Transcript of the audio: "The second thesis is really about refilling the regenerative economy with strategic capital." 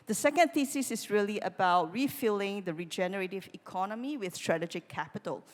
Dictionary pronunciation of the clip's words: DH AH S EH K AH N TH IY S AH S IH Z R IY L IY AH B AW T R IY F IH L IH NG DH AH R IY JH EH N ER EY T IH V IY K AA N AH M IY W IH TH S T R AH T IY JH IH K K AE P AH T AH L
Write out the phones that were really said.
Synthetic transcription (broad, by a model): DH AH S EH K AH N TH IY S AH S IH S R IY L IY AH B AW T R IY F IH L IH NG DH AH R IY JH EH N ER EY T IH V IY K AA N AH M IY W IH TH S T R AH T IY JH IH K K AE P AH T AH L